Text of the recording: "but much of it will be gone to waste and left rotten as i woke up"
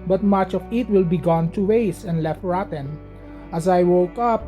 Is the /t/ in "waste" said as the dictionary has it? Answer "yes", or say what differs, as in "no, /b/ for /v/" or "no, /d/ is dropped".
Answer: no, /t/ is dropped